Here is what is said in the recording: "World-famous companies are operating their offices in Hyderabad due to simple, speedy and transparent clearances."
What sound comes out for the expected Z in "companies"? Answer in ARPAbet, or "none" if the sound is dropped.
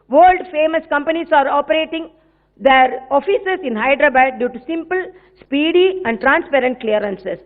S